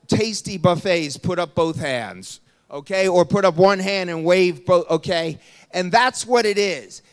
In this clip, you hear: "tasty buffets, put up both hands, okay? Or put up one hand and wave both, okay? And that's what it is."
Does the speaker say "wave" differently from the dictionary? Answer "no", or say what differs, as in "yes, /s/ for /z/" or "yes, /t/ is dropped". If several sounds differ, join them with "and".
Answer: no